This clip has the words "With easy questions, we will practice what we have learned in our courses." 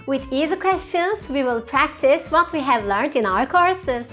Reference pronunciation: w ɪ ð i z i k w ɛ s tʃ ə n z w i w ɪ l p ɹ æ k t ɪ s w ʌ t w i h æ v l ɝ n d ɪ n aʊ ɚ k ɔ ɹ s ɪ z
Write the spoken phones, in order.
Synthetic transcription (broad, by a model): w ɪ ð i z i k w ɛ s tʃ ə n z w i w ɪ l p ɹ æ k t ɪ s w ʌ t w i h æ v l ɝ n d ɪ n aʊ ɚ k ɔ ɹ s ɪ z